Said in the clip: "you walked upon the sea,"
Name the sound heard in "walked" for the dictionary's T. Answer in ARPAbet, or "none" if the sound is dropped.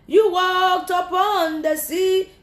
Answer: T